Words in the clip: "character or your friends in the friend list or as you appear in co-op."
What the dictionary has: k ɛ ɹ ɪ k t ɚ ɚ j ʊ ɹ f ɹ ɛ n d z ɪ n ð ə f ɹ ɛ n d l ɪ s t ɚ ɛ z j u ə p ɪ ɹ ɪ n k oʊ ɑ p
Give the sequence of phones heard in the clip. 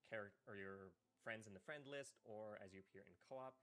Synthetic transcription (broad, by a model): k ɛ ɹ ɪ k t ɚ ɚ j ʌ ɹ f ɹ ɛ n d z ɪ n ð ə f ɹ ɛ n d l ɪ s t ɚ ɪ z j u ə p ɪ ɹ ɪ n k oʊ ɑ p